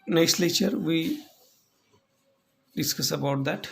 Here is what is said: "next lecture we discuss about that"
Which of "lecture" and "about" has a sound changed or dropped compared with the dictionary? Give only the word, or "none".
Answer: lecture